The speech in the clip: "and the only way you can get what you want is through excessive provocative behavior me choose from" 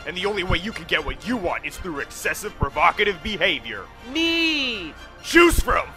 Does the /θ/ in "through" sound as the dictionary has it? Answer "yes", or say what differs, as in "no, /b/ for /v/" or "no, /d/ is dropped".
yes